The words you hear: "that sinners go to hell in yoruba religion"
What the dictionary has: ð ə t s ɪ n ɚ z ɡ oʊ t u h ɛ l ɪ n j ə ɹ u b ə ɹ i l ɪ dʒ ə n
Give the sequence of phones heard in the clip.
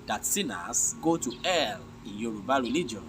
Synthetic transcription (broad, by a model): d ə t s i n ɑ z ɡ oʊ t u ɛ l ɪ n j ə ɹ u b ə ɹ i l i dʒ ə n